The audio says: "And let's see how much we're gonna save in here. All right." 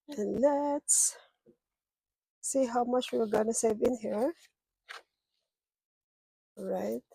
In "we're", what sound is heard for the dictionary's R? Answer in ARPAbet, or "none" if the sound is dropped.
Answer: W